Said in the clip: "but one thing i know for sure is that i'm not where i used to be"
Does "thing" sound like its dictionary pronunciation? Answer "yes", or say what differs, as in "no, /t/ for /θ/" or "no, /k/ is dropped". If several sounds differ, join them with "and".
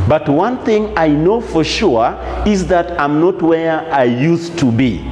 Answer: yes